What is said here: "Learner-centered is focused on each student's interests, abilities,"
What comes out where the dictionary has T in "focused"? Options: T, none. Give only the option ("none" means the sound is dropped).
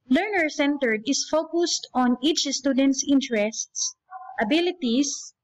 T